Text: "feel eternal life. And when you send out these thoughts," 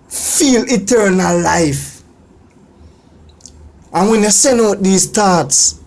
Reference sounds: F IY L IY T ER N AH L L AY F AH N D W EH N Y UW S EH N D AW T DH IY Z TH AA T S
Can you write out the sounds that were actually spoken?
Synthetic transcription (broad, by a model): F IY L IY T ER N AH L L AY F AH N W EH N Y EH S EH N AW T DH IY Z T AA T S